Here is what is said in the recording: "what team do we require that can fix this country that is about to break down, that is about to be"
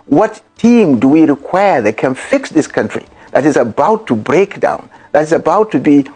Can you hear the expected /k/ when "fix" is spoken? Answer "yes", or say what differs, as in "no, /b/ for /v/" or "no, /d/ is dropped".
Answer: yes